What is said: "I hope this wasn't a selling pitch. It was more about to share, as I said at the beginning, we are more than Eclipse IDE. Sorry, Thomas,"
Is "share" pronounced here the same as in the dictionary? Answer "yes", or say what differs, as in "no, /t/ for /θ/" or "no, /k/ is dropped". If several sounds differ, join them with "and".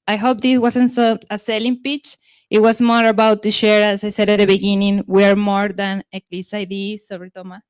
yes